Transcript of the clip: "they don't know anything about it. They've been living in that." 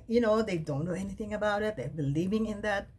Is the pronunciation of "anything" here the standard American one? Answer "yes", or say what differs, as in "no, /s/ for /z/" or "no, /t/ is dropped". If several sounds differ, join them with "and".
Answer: yes